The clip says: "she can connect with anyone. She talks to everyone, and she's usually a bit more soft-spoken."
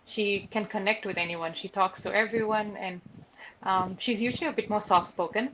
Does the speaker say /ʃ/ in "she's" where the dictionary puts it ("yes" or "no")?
yes